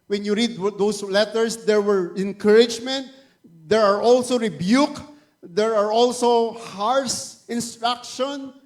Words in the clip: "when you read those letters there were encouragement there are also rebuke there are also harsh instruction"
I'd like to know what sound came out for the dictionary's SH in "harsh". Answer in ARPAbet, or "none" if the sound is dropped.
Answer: S